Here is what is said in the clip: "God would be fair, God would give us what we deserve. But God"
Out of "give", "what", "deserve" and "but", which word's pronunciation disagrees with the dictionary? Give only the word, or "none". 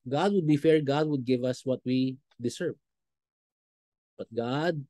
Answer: deserve